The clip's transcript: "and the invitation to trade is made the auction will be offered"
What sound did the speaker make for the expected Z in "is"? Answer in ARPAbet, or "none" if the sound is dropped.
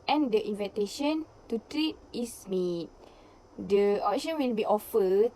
S